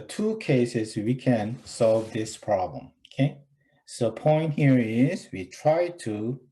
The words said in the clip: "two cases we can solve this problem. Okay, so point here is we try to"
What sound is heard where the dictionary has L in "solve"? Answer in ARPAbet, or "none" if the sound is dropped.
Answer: L